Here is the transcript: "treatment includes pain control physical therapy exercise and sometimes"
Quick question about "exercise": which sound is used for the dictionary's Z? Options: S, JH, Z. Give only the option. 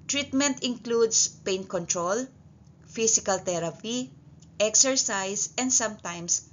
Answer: S